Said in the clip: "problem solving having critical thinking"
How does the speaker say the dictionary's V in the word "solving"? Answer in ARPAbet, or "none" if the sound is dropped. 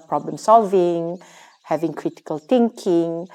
V